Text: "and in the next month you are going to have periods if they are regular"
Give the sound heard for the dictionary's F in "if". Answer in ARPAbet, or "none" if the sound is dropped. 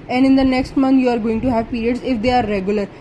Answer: F